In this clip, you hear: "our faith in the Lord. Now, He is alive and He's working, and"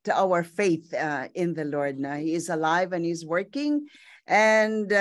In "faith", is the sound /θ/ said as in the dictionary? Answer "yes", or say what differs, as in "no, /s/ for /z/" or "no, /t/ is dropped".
yes